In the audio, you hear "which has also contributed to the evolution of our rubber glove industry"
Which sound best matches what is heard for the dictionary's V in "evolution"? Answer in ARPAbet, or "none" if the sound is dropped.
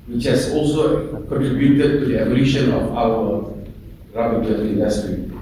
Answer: B